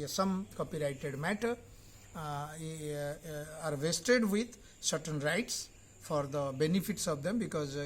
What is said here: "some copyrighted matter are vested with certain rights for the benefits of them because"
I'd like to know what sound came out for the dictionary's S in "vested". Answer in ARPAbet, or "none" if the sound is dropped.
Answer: S